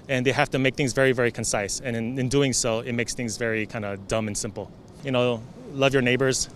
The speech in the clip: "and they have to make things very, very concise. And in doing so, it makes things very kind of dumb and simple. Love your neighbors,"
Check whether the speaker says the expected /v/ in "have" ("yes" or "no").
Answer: no